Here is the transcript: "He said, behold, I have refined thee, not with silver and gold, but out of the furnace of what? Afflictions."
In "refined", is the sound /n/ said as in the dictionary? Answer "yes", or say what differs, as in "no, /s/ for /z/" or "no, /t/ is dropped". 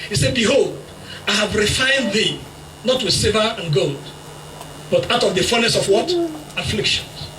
yes